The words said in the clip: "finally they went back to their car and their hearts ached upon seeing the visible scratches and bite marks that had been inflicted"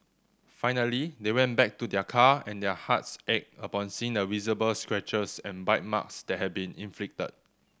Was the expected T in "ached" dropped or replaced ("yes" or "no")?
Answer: yes